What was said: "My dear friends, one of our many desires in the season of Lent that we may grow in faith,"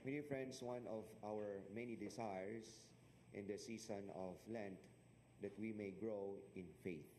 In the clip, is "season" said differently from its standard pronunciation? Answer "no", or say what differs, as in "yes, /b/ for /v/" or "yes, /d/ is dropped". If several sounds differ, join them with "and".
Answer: yes, /s/ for /z/